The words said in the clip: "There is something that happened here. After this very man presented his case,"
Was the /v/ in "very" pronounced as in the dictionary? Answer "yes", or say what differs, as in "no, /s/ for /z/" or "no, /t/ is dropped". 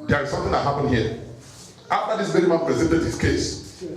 no, /b/ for /v/